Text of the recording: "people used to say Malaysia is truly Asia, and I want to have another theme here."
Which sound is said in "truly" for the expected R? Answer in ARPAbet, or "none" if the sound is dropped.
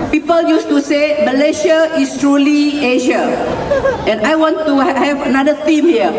R